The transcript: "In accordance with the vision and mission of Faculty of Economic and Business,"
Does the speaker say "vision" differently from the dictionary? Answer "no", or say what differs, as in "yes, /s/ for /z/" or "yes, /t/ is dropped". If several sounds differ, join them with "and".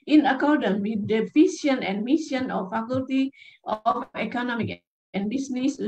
yes, /s/ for /ʒ/